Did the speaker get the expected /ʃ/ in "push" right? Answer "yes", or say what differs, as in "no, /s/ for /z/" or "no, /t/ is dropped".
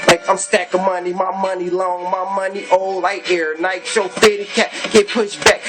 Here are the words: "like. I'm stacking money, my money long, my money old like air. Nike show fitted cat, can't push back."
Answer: yes